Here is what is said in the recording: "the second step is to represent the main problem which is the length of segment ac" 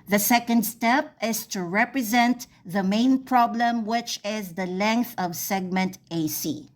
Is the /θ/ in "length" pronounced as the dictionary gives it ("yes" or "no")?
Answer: yes